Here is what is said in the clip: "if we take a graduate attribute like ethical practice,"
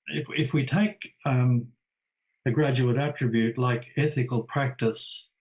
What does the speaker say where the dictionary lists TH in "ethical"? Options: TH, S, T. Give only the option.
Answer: TH